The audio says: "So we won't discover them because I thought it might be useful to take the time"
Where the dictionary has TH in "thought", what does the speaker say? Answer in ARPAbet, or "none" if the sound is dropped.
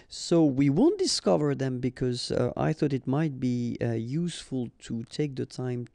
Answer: TH